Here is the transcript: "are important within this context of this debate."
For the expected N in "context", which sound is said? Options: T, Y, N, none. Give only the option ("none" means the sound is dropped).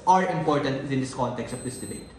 N